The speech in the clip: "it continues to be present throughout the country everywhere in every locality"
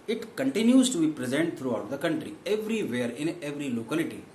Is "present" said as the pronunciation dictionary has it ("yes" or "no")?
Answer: yes